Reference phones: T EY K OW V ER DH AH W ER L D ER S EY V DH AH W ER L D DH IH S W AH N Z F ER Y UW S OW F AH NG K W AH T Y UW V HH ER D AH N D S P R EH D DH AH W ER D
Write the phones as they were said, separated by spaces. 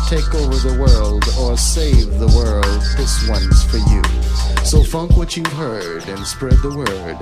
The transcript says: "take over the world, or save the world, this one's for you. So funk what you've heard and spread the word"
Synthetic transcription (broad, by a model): T EY K OW V ER DH AH W ER L D ER S EY V DH AH W ER L D DH IH S W AH N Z F ER Y UW S OW F AH NG K W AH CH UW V HH ER D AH N S P R EH D DH AH W ER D